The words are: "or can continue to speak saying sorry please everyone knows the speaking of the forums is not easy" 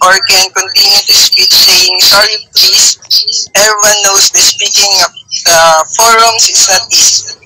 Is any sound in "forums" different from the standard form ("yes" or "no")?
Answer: yes